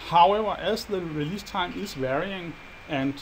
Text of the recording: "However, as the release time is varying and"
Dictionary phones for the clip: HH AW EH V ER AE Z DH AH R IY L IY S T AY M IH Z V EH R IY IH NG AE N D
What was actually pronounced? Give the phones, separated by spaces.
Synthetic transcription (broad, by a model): HH AW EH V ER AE S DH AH R IY L IY S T AY M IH S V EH R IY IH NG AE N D